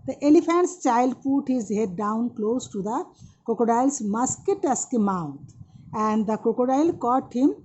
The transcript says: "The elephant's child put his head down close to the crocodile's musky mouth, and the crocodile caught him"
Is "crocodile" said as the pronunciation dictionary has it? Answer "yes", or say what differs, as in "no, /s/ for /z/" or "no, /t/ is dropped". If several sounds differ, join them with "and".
no, /ɹ/ is dropped